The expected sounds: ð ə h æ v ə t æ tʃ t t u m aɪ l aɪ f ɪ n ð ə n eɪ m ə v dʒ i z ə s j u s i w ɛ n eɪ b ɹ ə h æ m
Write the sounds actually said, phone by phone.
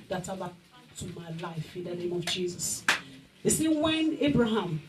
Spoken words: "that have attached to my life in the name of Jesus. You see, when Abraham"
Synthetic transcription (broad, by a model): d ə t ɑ b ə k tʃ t t u m aɪ l aɪ f ɪ n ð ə n eɪ m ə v dʒ i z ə s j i s i w ɛ n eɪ b ɹ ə h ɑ m